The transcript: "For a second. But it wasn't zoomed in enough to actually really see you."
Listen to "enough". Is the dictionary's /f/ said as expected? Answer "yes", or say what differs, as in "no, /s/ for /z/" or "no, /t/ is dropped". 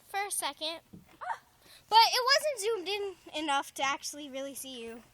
yes